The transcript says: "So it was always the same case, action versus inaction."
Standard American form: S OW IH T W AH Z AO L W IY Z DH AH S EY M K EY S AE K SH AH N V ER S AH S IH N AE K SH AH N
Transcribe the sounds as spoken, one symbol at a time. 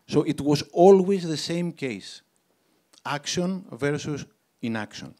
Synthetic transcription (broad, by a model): S OW IH T W AH Z AO L W IY Z DH AH S EY M K EY S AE K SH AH N V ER S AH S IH N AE K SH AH N